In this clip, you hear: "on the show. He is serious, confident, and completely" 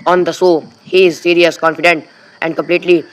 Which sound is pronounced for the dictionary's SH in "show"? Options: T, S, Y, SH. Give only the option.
S